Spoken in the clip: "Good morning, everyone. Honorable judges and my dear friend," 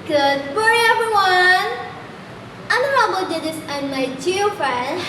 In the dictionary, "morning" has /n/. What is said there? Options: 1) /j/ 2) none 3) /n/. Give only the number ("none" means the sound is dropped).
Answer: 2